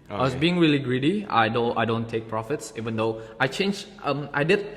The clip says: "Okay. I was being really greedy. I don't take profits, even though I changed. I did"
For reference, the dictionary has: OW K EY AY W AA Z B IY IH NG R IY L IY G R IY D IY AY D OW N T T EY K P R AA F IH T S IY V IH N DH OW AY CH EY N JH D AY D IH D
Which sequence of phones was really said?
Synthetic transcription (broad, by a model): AY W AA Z B IY IH NG R IY L IY G R IY D IY AY D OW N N T EY K P R AA F IH T S IY V IH N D OW AY CH EY N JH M AY D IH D